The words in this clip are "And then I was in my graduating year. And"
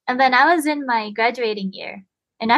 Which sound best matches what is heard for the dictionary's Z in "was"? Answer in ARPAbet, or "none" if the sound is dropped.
Z